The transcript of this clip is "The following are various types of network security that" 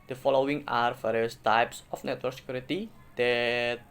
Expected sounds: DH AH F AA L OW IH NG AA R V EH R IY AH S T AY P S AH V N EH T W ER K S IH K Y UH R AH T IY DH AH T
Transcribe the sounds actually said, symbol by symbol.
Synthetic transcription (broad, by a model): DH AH F AA L OW IH NG AA R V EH R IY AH S T AY P S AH F N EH T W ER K S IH K Y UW R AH T IY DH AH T